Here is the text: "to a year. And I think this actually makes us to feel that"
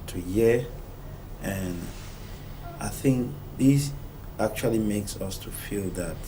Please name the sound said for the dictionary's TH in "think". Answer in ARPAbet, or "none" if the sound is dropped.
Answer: TH